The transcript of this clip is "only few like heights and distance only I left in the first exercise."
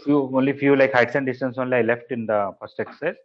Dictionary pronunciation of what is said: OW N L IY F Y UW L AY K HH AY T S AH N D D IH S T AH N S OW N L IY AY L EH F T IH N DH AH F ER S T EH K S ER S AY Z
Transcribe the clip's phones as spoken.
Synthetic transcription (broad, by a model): OW N L IY F Y UW L AY K HH AY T S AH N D D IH S T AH N S OW N L IY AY L EH F T IH N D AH F ER S T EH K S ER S